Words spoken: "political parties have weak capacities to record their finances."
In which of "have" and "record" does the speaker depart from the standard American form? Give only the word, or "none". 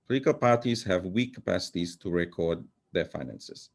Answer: none